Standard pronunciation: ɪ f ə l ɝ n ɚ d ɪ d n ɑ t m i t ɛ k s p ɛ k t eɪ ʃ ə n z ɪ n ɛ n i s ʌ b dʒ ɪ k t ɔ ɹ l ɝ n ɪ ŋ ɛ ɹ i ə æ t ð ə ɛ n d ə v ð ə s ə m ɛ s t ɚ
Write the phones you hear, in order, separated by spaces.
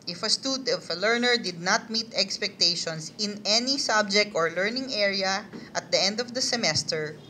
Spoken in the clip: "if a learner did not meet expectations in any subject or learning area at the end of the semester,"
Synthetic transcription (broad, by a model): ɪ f ə l ɝ n ɚ d ɪ d n ɑ t m i t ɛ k s p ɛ k t eɪ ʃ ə n s ɪ n ɛ n i s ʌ b dʒ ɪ k t ɔ ɹ l ɝ n ɪ ŋ ɛ ɹ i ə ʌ t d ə ɛ n d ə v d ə s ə m ɛ s t ɚ